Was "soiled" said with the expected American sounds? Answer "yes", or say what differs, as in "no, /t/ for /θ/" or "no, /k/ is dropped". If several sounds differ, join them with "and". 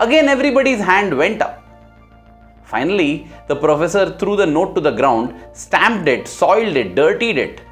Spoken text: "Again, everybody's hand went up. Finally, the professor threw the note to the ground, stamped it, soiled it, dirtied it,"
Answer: yes